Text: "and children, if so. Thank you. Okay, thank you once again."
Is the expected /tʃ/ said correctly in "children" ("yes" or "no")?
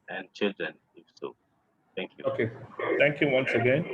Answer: yes